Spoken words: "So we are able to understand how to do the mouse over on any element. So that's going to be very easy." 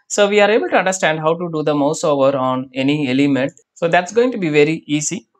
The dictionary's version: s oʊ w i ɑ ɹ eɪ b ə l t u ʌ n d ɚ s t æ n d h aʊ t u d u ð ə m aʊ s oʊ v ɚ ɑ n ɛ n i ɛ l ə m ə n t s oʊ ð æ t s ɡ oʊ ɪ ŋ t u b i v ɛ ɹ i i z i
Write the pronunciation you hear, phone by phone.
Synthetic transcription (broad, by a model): s oʊ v i ɑ ɹ eɪ b ə l t u ʌ n d ɚ s t æ n d h aʊ t u d u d ə m aʊ s oʊ v ɚ ɑ n ɛ n i ɛ l ə m ə n t s oʊ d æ t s ɡ oʊ ɪ ŋ t u b i v ɛ ɹ i i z i